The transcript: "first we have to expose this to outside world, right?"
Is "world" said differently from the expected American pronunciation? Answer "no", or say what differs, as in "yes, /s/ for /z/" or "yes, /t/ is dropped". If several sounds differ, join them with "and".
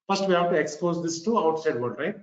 yes, /l/ is dropped